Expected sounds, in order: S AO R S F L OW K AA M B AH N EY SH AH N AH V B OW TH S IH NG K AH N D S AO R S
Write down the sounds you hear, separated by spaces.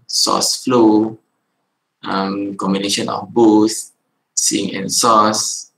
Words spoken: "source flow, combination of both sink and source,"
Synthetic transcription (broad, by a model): S AO S F L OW K AA M B AH N EY SH AH N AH F B OW TH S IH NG AH N S AO S